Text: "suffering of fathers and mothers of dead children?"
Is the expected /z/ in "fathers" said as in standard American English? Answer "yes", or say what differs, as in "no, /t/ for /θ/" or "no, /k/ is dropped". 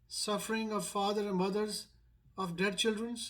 no, /z/ is dropped